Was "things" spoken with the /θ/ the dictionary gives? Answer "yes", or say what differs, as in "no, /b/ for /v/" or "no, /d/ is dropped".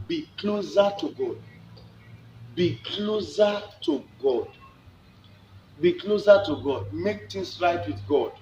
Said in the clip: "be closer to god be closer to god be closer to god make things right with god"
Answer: no, /t/ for /θ/